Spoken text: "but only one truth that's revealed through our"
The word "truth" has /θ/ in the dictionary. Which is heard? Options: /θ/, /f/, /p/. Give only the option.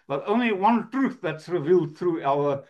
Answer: /θ/